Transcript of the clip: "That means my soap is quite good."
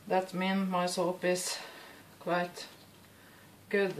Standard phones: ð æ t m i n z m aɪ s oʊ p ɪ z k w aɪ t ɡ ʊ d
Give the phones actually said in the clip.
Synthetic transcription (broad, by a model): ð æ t m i n m aɪ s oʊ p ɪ s k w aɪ t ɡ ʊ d